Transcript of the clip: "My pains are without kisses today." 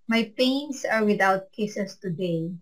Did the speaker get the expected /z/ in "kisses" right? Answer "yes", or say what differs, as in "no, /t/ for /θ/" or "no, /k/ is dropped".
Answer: no, /s/ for /z/